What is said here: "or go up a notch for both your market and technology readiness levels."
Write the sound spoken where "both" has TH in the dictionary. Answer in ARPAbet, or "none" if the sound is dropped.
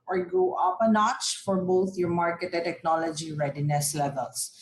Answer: T